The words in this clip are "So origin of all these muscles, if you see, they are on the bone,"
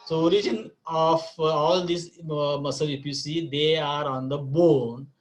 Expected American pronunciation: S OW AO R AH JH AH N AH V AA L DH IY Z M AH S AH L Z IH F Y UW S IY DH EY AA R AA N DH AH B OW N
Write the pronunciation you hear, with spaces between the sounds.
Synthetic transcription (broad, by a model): S OW AO R AH JH AH N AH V AA L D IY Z M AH S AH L IH P Y UW S IY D EY AA R AA N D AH B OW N